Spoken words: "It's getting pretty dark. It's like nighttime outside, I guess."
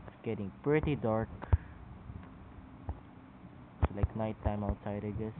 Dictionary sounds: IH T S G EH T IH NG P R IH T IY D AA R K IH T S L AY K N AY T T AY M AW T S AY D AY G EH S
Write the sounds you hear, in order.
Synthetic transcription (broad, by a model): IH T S G EH T IH NG P R IH T IY D AA R K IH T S L AY K N AY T T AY M AW T S AY D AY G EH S